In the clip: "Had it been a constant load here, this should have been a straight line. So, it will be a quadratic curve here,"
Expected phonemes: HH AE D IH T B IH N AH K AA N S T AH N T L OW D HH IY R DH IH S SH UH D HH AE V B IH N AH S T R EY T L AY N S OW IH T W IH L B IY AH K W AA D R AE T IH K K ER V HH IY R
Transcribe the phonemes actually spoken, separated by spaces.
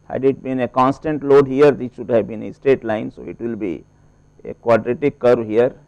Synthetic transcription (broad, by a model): HH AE D IH T B IH N AH K AA N S T AH N T L OW D HH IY R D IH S SH UH D HH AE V B IH N AH S T EY T L AY N S OW IH T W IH L B IY AH K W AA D R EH T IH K K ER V HH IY R